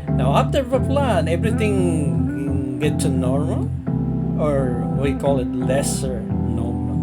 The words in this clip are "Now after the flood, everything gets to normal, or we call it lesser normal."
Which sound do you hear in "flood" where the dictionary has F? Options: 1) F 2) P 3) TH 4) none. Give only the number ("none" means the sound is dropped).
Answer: 2